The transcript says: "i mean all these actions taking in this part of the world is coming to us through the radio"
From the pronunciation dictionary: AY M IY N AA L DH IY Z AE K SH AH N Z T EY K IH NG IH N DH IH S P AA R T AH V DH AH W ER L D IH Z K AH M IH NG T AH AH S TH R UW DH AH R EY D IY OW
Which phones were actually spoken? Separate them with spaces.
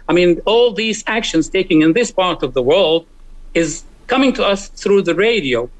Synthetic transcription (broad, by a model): AY M IY N AA L DH IY Z AE K SH AH N Z T EY K IH NG IH N DH IH S P AA R T AH V DH AH W ER L D IH Z K AH M IH NG T AH AH S TH R UW DH AH R EY D IY OW